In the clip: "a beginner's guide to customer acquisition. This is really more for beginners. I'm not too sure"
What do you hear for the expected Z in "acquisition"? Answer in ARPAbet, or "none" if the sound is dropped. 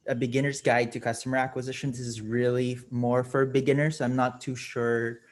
Z